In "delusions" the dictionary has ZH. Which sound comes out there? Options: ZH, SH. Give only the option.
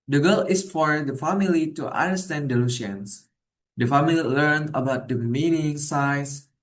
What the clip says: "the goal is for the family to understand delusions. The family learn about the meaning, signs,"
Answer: SH